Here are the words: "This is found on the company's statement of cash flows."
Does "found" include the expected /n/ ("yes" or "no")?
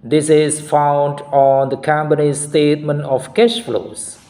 yes